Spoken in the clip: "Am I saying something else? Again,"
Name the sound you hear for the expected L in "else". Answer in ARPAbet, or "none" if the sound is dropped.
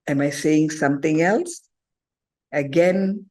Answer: L